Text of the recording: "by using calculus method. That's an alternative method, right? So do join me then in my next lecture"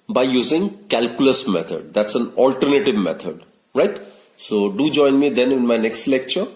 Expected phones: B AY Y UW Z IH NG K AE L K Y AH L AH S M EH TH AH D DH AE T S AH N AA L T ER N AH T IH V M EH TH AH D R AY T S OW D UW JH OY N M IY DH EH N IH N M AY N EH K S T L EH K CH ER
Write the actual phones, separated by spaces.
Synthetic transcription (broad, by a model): B AY Y UW Z IH NG K AE L K Y AH L AH S M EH T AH D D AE T S AH N AA L T ER N AH T IH V M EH T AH D R AY T S OW D UW JH OY N M IY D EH N IH N M AY N EH K S T L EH K CH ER